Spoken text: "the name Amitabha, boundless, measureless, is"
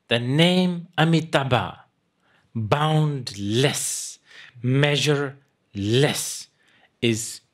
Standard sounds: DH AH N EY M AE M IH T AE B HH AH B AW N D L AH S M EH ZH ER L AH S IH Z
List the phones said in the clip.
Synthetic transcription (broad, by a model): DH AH N EY M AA M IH T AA B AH B AW N D L AH S M EH ZH ER L AH S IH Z